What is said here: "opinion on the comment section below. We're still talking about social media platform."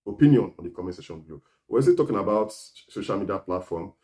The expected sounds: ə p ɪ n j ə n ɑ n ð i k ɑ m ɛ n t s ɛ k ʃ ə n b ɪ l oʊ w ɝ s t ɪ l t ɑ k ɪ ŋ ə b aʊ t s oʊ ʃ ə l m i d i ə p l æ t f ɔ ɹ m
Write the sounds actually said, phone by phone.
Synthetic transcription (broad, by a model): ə p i n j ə n ɑ n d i k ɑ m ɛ s ɛ ʃ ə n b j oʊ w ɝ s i t ɑ k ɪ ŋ ə b aʊ t s oʊ ʃ ə l m i d i ə p l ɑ t f ɔ m